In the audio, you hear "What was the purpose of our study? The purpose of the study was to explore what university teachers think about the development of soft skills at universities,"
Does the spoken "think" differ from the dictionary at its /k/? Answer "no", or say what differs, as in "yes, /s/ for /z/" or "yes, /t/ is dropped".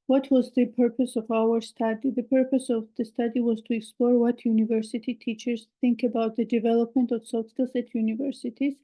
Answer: no